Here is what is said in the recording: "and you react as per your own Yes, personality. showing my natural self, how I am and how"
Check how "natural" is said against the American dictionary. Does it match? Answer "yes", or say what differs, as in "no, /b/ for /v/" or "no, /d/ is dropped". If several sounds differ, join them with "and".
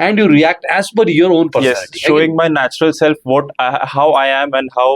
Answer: yes